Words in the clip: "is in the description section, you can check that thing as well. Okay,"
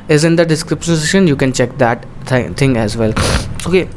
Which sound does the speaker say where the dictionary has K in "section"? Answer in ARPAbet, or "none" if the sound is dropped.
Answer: none